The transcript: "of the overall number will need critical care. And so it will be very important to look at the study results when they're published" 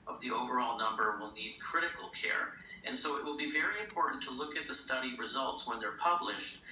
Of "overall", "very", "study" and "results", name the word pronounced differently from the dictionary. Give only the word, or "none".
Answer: none